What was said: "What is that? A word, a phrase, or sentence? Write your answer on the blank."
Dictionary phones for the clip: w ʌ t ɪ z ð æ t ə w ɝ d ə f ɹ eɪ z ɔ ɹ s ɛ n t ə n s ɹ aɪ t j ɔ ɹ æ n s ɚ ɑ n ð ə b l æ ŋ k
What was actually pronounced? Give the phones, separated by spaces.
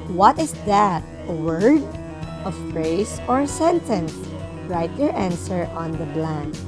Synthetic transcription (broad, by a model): w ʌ t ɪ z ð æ t ə w ɝ d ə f ɹ eɪ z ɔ ɹ s ɛ n t ə n s ɹ aɪ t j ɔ ɹ æ n s ɚ ɑ n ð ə b l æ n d